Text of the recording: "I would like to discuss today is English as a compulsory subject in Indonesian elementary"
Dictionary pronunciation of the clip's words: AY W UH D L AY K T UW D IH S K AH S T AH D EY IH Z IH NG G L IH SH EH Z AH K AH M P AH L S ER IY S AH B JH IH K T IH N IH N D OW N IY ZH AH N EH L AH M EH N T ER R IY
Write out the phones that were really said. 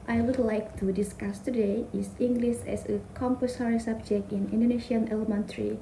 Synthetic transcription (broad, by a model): AY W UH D L AY K T UW D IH S K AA S T AH D EY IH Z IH NG G L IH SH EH S AH K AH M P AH S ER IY S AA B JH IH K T IH N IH N D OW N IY SH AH N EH L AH M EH N T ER R IY